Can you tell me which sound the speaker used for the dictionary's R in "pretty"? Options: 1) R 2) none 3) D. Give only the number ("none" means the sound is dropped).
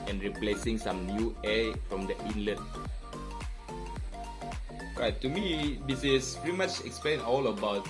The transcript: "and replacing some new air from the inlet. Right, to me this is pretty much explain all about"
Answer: 2